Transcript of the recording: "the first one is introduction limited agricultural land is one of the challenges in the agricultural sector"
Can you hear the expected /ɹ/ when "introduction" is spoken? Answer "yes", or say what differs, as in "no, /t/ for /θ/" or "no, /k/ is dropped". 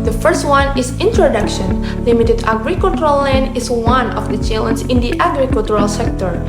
yes